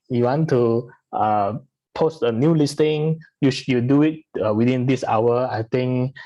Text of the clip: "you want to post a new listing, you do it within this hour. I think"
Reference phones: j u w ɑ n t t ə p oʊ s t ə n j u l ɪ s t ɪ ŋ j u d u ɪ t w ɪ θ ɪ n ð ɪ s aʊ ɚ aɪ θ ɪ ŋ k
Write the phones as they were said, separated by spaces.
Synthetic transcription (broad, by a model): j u w ɑ n t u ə p oʊ s t ə n j u l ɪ s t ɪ ŋ j u d u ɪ t w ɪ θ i n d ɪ s aʊ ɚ aɪ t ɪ ŋ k